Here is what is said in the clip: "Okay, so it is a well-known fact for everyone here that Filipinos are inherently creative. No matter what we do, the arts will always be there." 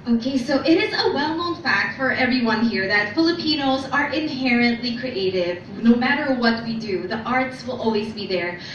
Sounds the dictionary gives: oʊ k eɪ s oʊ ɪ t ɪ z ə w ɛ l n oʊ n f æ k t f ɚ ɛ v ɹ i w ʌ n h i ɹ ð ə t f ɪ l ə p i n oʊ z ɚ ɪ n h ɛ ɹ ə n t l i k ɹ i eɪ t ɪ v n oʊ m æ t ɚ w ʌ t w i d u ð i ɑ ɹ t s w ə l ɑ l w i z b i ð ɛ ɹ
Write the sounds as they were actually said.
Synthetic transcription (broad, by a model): oʊ k eɪ s oʊ ɪ t ɪ z ə w ɛ l n oʊ n f æ k t f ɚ ɛ v ɹ i w ʌ n h i ɹ ð ə t f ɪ l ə p i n oʊ z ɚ ɪ n h ɛ ɹ ə n t l i k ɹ i eɪ t ɪ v n oʊ m æ t ɚ w ʌ t w i d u ð i ɑ ɹ t s w ə l ɑ l w i z b i ð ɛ ɹ